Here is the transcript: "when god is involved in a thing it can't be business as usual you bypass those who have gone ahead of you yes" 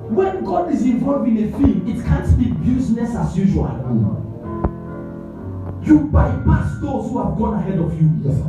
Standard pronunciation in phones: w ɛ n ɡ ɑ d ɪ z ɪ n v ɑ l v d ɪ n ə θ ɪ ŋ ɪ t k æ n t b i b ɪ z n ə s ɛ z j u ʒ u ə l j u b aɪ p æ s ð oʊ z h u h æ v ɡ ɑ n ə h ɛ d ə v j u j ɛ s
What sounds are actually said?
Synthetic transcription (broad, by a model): w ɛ n ɡ ɑ d ɪ z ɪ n v ɑ l v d ɪ n ə f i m ɪ t k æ n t b i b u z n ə s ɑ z j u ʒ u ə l j u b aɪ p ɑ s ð oʊ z h u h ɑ v ɡ ɑ n ə h ɛ d ə v j u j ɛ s